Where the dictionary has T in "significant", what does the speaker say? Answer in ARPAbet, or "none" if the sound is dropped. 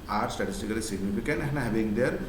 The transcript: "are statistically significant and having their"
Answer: none